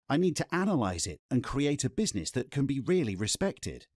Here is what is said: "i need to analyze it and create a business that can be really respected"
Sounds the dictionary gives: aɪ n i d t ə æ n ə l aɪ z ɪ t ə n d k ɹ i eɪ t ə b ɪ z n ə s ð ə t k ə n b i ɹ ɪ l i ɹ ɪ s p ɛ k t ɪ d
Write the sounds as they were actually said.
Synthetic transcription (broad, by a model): aɪ n i d t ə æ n ə l aɪ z ɪ t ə n k ɹ i eɪ t ə b ɪ z n ə s ð ə t k ə n b i ɹ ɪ l i ɹ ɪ s p ɛ k t ɪ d